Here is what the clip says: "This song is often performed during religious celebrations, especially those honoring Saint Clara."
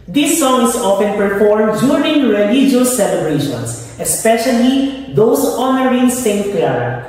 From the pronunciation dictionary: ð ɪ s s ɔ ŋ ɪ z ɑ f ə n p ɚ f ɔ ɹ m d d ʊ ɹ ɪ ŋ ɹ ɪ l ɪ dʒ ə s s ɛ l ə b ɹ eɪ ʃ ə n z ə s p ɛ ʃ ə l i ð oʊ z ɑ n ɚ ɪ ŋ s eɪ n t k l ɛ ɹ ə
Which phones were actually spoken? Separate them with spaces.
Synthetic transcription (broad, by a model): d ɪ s s ɔ ŋ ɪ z ɑ f ə n p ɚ f ɔ ɹ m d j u ɹ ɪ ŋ ɹ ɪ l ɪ dʒ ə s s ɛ l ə b ɹ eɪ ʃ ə n s ə s p ɛ ʃ ə l i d oʊ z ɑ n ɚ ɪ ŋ s eɪ n t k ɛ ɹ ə